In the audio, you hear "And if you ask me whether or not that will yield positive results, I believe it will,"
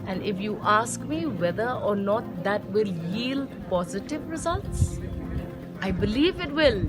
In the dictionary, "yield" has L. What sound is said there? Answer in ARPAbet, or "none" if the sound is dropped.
L